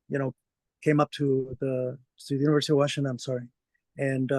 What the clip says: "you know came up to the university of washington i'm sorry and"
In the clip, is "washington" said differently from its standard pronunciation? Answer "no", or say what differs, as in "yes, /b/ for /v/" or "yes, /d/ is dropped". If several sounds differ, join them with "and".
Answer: yes, /n/ is dropped